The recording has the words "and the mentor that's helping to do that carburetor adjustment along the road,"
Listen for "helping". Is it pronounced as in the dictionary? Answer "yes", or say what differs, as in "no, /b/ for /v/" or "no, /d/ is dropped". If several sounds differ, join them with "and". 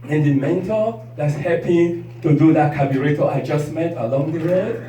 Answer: no, /l/ is dropped